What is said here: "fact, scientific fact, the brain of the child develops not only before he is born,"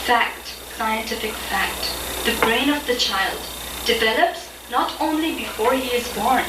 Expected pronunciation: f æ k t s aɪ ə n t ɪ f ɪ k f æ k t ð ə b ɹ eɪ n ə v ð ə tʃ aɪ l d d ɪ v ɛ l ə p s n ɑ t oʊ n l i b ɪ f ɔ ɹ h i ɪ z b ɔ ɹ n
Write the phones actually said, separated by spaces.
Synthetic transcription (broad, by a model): f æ k t s aɪ ə n t ɪ f ɪ k f æ k t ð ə b ɹ eɪ n ə v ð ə tʃ aɪ l d d ɪ v ɛ l ə p s n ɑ t oʊ n l i b ɪ f ɔ ɹ h i ɪ z b ɔ ɹ n